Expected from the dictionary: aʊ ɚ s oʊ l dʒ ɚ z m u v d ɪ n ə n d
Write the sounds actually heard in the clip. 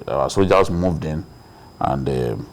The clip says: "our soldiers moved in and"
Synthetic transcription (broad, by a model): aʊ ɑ s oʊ dʒ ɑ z m u v d ɪ n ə n d